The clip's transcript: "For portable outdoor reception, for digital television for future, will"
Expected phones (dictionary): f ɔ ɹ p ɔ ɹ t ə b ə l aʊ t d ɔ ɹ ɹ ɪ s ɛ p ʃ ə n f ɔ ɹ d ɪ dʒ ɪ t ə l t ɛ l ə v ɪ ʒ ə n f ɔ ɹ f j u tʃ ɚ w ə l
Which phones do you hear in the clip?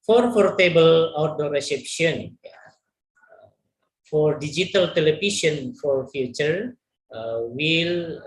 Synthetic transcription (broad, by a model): f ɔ ɹ f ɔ ɹ t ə b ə l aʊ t d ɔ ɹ ɹ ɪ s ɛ p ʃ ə n f ɔ ɹ d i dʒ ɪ t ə l t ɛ l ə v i ʃ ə n f ɔ ɹ f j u tʃ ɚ w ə l